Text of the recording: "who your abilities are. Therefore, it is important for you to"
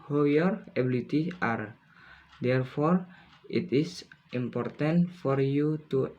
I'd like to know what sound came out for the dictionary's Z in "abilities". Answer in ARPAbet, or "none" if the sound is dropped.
none